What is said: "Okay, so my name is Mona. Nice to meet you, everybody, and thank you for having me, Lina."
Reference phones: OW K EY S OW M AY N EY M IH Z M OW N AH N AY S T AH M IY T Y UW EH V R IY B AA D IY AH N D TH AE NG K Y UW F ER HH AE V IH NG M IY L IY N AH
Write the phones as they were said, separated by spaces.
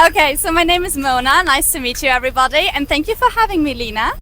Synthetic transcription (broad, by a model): OW K EY S OW M AY N EY M IH Z M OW N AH N AY S T AH M IY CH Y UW EH V R IY B AA D IY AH N TH AE NG K Y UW F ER HH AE V IH NG M IY L IY N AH